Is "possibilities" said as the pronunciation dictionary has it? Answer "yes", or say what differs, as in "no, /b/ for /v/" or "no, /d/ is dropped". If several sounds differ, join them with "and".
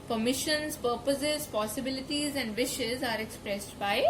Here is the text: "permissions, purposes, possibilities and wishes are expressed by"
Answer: yes